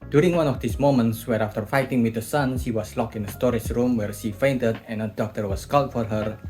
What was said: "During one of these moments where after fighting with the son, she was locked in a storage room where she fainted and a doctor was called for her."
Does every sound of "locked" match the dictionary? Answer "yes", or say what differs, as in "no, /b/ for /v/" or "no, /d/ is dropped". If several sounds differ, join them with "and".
no, /t/ is dropped